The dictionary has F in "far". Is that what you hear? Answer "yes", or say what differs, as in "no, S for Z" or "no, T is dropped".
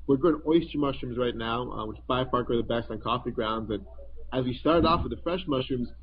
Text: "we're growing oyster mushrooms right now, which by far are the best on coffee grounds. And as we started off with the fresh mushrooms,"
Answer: no, P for F